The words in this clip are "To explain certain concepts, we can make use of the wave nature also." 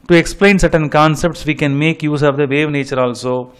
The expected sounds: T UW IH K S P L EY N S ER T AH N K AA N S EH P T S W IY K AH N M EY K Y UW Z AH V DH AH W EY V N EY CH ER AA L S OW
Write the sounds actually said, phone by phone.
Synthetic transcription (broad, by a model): T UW IH K S P L EY N S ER T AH N K AA N S EH P T S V IY K AH N M EY K Y UW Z AH V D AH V EY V N EY CH ER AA L S OW